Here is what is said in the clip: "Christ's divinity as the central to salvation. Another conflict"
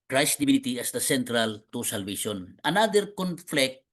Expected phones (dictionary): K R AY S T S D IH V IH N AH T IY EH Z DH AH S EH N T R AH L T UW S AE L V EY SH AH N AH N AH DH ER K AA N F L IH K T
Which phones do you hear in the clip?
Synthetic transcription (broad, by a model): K R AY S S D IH B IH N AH T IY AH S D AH S EH N T R AH L T UW S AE L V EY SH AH N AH N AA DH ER K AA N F L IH K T